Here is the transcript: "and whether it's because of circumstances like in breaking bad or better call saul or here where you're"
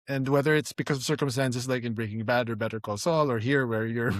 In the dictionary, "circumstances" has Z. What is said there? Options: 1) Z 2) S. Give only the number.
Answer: 2